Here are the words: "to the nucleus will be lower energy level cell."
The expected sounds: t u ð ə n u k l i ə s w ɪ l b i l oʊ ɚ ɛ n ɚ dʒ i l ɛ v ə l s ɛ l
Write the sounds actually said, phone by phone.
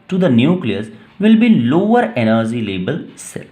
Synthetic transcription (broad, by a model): t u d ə n u k l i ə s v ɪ l b i l oʊ ɚ ɛ n ɚ dʒ i l ɛ b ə l s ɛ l